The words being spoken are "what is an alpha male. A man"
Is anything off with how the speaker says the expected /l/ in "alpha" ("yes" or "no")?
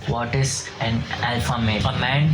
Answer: no